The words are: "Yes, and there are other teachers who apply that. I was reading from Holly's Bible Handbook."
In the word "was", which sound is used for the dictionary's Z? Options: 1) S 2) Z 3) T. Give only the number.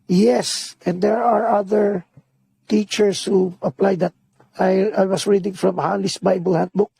1